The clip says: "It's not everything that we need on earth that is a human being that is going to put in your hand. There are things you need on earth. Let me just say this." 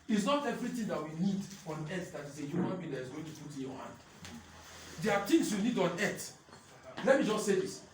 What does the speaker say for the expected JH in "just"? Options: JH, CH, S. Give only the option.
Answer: JH